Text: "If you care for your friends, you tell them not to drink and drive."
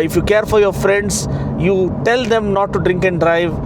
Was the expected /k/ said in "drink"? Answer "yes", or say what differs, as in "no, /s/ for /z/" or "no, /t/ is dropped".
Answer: yes